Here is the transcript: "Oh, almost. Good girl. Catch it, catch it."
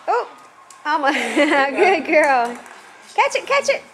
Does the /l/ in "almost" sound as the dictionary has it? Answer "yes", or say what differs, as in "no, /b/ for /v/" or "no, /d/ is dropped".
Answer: no, /l/ is dropped